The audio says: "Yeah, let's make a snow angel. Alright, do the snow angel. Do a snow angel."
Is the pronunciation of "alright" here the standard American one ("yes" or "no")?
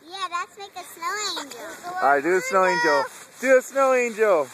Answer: no